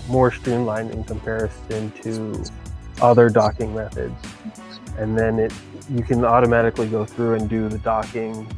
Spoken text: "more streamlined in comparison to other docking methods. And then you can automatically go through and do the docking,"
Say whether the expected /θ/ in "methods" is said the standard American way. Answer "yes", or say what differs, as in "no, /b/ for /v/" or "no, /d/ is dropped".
yes